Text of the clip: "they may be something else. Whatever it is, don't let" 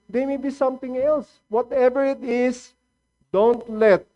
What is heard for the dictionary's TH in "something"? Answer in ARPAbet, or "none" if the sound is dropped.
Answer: T